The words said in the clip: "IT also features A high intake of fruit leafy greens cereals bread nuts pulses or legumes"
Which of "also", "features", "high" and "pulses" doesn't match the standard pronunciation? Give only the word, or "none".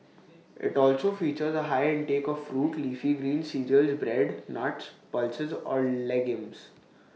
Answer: none